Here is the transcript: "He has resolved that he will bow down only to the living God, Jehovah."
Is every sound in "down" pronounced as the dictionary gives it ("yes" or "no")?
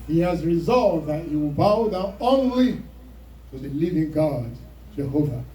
no